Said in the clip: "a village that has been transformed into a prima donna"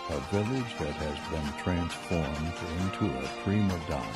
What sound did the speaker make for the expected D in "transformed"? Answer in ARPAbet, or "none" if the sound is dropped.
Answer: D